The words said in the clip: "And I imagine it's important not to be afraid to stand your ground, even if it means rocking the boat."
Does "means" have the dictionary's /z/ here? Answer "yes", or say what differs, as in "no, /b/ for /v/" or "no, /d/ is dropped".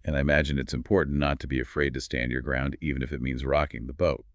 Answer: yes